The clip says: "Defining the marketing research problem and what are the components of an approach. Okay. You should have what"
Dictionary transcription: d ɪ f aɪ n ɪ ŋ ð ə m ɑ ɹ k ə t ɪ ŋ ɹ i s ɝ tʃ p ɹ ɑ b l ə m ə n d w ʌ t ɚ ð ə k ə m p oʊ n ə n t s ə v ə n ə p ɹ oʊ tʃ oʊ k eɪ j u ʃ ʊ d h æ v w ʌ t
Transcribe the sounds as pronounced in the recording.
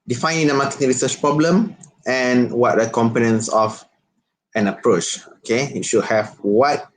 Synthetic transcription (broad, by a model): d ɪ f aɪ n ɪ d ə m ɑ k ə t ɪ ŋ ɹ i s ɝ tʃ p ɹ ɑ b l ə m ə n w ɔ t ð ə k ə m p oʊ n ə n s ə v ə n ə p ɹ oʊ tʃ oʊ k eɪ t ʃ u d h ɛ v w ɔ t